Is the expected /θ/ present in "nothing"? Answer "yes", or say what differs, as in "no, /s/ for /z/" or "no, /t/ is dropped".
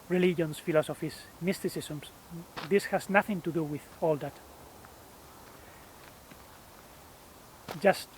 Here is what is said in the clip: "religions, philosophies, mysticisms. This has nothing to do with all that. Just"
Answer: yes